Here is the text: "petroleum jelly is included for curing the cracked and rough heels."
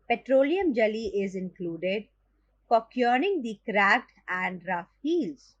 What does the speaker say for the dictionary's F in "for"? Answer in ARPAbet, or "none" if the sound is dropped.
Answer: P